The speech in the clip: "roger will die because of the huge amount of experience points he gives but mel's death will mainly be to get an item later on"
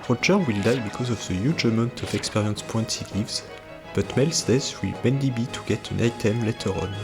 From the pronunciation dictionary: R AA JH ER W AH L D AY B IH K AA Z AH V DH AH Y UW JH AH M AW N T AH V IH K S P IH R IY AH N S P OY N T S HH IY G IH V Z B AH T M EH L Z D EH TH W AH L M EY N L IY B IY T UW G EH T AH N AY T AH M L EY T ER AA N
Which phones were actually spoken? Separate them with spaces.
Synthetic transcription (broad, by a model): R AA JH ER W AH L D AY B IH K AA Z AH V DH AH Y UW JH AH M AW N T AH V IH K S P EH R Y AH N S P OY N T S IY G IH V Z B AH T M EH L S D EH S W AH L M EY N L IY B IY T UW G EH T AH N AY T AH M L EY T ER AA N